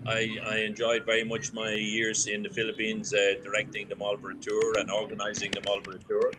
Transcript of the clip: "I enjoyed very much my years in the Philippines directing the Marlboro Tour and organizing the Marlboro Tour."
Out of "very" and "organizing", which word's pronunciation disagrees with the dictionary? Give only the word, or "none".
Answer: none